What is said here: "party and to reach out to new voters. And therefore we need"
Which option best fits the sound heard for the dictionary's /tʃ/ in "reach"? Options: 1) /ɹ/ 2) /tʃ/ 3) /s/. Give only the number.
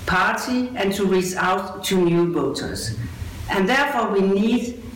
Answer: 3